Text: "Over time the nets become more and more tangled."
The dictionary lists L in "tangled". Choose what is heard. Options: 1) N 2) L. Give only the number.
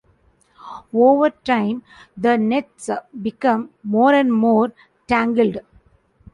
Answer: 2